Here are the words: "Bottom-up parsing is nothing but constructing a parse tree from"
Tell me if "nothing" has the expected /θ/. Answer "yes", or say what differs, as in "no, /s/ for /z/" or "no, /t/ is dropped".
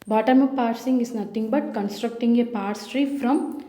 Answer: no, /t/ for /θ/